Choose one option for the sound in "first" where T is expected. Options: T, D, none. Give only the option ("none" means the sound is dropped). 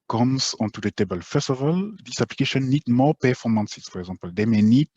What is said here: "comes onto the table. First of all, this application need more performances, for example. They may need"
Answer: none